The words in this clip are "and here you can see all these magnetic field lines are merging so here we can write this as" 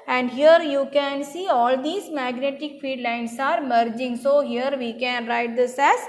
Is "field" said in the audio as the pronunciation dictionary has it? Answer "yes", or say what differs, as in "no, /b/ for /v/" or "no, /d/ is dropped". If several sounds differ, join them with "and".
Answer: no, /l/ is dropped